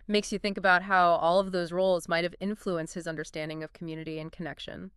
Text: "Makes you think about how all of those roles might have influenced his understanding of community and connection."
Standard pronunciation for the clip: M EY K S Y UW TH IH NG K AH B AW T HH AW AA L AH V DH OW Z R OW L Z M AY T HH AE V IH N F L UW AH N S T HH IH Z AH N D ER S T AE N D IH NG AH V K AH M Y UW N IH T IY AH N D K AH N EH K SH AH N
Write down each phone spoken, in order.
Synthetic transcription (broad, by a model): M EY K S Y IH TH IH NG K AH B AW T HH AW AA L AH V DH OW Z R OW L Z M AY T HH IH V IH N F L UW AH N S T HH IH Z AH N D ER S T AE N D IH NG AH V K M Y UW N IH T IY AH N K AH N EH K SH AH N